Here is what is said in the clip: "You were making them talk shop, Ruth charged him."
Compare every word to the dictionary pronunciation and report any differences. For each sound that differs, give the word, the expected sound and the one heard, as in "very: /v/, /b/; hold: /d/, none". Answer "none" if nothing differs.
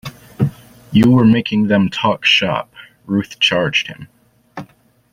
none